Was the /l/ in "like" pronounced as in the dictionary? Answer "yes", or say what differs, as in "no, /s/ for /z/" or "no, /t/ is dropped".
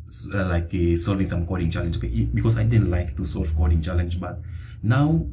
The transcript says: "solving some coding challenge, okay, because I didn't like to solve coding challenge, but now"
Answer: yes